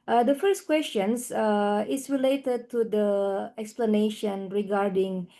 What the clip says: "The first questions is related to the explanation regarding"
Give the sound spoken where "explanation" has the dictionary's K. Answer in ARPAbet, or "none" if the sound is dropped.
K